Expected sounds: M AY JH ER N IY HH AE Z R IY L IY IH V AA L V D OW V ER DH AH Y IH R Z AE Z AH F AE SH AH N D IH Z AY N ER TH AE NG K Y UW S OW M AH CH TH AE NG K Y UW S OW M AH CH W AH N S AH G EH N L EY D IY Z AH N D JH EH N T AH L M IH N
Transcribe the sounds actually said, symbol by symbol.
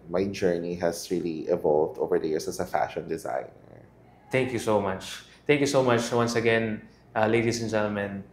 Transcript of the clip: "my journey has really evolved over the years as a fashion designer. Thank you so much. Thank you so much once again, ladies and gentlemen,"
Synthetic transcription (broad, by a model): M AY JH ER N IY HH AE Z R IY L IY IH V AA L V D OW V ER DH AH Y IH R S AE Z AH F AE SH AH N D IH Z AY N ER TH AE NG K Y UW S OW M AH CH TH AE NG K Y UW S OW M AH CH W AH N S AH G EH N L EY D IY S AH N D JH EH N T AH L M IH N